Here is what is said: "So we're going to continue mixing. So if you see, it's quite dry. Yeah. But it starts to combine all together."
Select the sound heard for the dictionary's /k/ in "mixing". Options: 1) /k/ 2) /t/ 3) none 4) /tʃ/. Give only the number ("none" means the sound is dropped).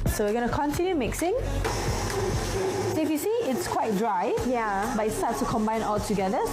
1